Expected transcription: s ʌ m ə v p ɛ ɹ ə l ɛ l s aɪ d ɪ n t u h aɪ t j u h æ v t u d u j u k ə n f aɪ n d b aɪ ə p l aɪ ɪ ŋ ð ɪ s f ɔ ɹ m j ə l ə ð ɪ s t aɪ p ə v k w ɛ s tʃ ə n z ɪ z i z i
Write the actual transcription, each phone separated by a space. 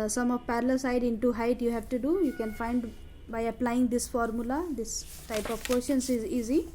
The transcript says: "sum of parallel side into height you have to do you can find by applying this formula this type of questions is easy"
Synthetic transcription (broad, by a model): s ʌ m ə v p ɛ ɹ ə l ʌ s aɪ d ɪ n t u h aɪ t j u h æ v t u d u j u k ə n f aɪ n d b aɪ ə p l aɪ ɪ ŋ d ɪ s f ɔ ɹ m j ə l ə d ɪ s t aɪ p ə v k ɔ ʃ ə n s ɪ z i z i